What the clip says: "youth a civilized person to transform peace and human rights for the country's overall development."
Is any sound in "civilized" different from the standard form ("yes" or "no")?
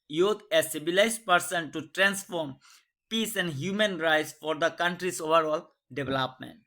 yes